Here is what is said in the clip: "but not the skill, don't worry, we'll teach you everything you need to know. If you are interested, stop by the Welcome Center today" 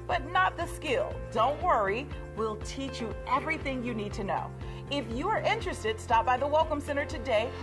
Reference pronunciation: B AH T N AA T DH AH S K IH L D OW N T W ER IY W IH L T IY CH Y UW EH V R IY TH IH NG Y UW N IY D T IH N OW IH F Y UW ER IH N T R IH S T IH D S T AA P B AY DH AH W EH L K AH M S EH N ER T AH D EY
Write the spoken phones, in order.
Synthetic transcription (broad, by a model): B AH T N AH T DH AH S K IH L D OW N T W ER IY W IH L T IY CH Y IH EH V R IY TH IH NG Y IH N IY D T IH N OW IH F Y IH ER IH N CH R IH S T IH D S T AA P B AY DH AH W EH L K AH M S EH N ER T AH D EY